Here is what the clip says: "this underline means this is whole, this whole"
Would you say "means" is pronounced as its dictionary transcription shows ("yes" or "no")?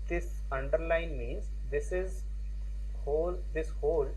yes